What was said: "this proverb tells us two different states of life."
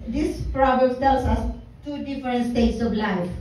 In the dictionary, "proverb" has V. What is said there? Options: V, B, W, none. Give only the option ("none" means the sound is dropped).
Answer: B